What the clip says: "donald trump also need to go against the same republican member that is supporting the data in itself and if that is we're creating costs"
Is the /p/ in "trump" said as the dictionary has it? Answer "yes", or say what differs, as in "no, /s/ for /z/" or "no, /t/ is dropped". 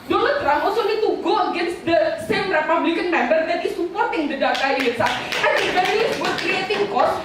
no, /p/ is dropped